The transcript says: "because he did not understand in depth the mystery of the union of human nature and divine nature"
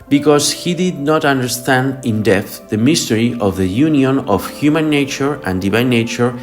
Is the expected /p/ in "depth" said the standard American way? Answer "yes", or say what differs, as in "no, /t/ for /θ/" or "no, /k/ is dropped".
no, /p/ is dropped